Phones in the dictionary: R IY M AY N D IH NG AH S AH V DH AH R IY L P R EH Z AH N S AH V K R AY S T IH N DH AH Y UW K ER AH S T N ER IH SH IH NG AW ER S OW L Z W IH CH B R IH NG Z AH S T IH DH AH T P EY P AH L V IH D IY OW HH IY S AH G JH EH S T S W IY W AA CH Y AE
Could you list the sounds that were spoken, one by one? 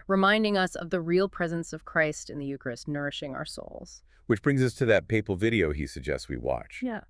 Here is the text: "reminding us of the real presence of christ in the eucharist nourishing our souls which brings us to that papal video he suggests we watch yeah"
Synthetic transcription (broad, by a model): R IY M AY N D IH NG AH S AH V DH AH R IY L P R EH Z AH N S AH V K R AY S T IH N DH AH Y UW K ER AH S N ER IH SH IH NG AW ER S OW L Z W IH CH B R IH NG Z AH S T IH DH AH T P EY P L V IH D IY OW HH IY S AH G JH EH S T S W IY W AA CH Y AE